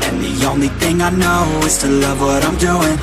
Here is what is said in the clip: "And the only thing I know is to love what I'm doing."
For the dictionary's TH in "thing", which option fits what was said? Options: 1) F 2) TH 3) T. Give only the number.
2